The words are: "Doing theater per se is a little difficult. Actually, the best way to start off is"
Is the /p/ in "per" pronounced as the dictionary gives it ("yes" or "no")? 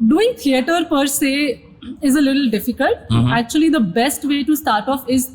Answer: yes